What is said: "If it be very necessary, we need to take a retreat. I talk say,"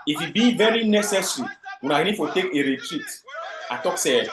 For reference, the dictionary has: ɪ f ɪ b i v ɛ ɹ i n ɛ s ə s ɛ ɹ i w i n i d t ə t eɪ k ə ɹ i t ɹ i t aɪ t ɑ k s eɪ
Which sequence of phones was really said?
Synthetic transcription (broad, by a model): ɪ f ɪ b i v ɛ ɹ i n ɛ s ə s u w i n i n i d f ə t eɪ k ə ɹ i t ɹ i t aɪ t ɑ k s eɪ